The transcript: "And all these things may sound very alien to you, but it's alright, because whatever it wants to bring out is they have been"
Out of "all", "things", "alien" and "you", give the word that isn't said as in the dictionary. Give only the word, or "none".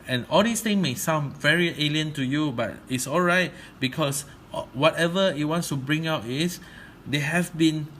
things